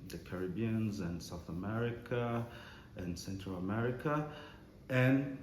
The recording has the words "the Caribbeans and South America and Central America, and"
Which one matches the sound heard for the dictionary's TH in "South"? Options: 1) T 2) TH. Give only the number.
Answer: 2